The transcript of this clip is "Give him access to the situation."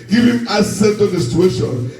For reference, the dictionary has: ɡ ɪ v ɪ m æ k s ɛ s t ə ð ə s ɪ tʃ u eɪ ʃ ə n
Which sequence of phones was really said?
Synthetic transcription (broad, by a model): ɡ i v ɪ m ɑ s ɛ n t ə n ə s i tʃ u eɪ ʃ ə n